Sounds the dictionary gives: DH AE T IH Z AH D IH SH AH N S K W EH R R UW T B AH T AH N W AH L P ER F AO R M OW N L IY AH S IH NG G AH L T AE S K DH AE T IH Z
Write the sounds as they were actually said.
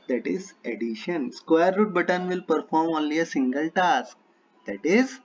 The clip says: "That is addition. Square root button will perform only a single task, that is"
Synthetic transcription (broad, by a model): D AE T IH Z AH D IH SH AH N S K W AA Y R UW T B AH T AH N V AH L P ER F AO R M OW N L IY AH S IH NG G AH L T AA S K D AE T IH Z